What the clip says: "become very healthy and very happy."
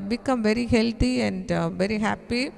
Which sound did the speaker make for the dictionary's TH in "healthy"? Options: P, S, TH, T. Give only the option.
T